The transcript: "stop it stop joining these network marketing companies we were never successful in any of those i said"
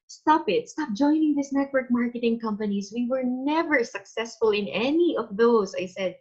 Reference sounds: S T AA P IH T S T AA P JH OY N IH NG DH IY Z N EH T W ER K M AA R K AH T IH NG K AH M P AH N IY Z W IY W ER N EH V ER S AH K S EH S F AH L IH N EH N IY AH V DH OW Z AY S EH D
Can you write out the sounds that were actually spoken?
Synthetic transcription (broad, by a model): S T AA P IH T S T AA P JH OY N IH NG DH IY S N EH T W ER K M AA R K AH T IH NG K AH M P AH N IY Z W IY W ER N EH V ER S AH K S EH S F AH L IH N EH N IY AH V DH OW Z AY S EH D